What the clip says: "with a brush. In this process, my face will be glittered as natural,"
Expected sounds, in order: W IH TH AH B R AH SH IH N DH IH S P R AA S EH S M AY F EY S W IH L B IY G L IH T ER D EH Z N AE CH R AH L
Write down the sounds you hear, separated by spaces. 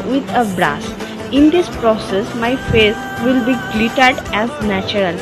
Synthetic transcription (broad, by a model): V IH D AH B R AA S IH N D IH S P R AA S EH S M AY F EY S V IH L B IY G L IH T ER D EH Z N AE CH R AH L